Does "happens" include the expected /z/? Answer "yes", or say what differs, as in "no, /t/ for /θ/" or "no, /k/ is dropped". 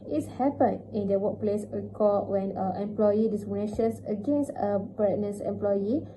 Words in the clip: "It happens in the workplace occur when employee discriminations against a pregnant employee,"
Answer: no, /z/ is dropped